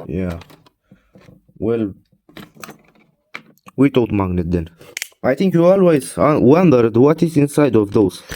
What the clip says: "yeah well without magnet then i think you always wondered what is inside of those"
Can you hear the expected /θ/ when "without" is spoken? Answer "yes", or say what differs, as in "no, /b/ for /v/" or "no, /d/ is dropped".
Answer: no, /t/ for /θ/